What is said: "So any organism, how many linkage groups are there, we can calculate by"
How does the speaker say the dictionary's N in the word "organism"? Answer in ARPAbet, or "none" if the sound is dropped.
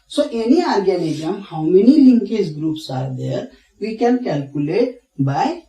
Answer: L